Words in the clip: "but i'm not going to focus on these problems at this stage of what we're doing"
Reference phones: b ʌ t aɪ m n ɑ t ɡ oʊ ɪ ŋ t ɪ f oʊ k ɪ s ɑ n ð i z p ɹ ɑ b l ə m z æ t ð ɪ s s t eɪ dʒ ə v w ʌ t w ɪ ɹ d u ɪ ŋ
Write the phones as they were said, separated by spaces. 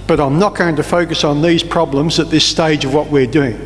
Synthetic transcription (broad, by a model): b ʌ t aɪ m n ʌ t ɡ oʊ ɪ ŋ t ɪ f oʊ k ɪ s n ð i z p ɹ ɑ b l ə m z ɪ t ð ɪ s s t eɪ dʒ ə v w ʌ t w ɪ ɹ d u ɪ ŋ